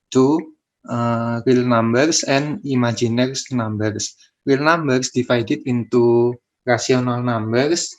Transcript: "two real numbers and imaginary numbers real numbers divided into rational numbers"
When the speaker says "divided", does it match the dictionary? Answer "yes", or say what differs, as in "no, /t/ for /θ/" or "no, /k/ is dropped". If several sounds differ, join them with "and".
no, /f/ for /v/